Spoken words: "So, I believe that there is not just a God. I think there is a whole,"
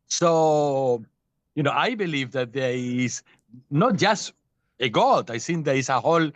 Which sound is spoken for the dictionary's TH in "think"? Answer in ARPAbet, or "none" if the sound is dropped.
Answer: S